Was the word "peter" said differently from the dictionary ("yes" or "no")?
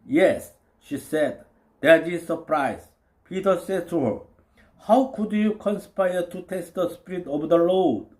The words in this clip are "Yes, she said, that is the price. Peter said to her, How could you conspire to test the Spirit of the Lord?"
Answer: no